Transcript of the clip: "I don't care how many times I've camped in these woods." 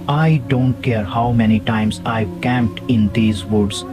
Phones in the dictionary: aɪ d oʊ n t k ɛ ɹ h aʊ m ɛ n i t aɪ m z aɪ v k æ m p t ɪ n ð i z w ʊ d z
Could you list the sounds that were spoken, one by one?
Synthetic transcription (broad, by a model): aɪ d oʊ n t k ɛ ɹ h aʊ m ɛ n i t aɪ m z aɪ v k æ m p t ɪ n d i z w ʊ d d